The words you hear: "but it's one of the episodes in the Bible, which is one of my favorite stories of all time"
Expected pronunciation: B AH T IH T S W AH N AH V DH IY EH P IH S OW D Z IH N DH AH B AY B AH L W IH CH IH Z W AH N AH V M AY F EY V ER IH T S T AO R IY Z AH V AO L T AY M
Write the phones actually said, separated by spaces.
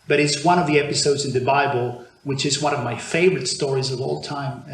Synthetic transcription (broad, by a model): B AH T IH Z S W AH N AH V DH IY EH P IH S OW D Z IH N DH AH B AY B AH L W IH CH IH Z W AH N AH V M AY F EY V ER IH T S T AO R IY Z AH V AO L T AY M